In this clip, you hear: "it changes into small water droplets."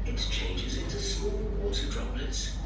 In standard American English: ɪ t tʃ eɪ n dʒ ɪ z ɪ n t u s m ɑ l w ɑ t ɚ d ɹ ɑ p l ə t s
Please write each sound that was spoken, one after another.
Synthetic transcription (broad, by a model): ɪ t tʃ eɪ n dʒ ɪ z ɪ n t u s m ɑ l w ɑ t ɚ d ɹ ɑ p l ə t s